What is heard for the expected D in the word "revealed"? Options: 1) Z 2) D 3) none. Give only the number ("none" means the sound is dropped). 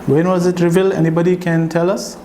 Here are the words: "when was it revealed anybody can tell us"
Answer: 3